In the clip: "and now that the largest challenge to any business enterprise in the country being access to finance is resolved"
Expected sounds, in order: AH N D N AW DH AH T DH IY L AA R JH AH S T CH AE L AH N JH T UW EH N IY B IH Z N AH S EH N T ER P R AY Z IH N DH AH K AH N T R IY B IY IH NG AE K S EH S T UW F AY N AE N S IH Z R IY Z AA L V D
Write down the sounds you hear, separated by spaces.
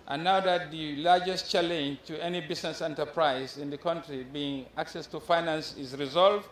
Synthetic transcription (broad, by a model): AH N N AW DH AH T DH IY L AA R JH AH S T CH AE L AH N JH T UW EH N IY B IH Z N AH S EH N T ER P R AY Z IH N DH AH K AH N T R IY B IY IH NG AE K S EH S T UW F AY N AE N S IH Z R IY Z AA L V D